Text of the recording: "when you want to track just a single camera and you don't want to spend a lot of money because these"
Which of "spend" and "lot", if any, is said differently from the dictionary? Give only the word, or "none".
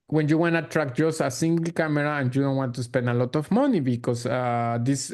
spend